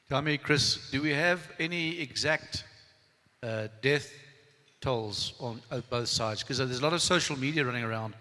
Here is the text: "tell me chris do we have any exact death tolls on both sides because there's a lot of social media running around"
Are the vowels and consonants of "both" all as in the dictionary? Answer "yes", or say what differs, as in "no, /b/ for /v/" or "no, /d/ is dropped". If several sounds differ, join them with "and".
yes